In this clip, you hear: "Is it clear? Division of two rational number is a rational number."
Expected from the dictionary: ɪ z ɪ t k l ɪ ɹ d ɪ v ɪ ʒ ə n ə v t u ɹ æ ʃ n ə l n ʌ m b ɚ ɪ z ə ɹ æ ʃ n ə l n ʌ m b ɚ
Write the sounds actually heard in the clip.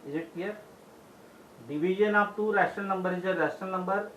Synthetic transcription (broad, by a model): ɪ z ɪ t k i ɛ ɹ d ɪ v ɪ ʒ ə n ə p t u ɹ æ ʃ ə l n ʌ m b ɚ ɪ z ə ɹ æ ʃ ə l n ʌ m b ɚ